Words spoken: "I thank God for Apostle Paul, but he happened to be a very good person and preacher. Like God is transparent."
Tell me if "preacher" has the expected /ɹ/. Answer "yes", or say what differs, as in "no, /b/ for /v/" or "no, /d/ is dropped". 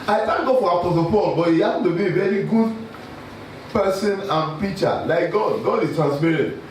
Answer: no, /ɹ/ is dropped